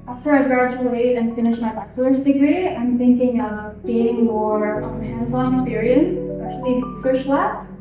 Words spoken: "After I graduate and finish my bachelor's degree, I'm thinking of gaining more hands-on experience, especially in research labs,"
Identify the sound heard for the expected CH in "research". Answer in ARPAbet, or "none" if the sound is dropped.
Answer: SH